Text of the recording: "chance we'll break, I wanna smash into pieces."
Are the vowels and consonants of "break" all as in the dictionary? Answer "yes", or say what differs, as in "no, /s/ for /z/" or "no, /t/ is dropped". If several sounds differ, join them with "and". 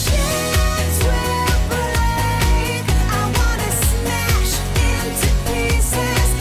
no, /k/ is dropped